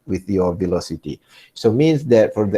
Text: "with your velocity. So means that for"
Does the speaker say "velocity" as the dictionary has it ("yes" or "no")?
yes